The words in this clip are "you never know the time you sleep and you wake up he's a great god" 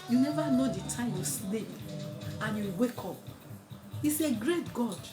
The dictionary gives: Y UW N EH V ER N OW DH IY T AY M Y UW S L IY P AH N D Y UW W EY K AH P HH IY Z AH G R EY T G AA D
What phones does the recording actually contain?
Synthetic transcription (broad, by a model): Y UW N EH V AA N OW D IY T AY M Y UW S N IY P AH N Y UW W EY K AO P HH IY S AH G R EY T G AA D